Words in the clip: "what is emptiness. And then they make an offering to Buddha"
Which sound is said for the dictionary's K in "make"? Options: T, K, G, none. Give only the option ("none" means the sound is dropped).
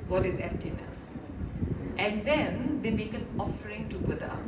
K